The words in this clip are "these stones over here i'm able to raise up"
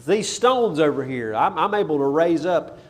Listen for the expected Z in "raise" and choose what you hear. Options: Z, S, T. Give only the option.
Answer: Z